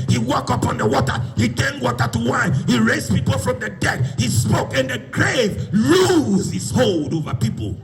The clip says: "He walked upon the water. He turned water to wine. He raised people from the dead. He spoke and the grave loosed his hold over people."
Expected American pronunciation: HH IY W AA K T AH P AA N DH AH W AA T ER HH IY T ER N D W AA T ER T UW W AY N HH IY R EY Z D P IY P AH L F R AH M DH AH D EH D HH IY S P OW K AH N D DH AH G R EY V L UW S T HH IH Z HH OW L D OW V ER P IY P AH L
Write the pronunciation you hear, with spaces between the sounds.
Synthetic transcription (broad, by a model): HH IY W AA K AH P AA N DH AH W AA T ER HH IY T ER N W AA T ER T UW W AY N HH IY R EY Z P IY P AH L F R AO M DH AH D EH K HH IY S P OW K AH N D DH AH G R EY V L UW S HH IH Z HH OW L D OW V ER P IY P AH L